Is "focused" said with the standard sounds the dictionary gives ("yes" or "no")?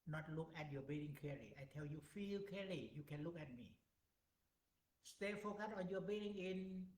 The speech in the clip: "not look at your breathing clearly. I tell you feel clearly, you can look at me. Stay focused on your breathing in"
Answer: no